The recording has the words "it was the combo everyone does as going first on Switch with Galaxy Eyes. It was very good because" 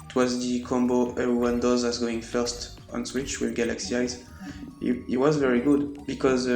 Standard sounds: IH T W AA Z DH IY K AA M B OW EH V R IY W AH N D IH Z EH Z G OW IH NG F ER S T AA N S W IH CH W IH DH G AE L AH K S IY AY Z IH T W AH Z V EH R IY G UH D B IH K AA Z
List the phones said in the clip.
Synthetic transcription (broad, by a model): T W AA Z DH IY K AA M B OW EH V R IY W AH N D IH Z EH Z G OW IH NG F ER S T AA N S W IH CH W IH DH G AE L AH K S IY AY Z IH T W AH Z V EH R IY G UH D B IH K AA Z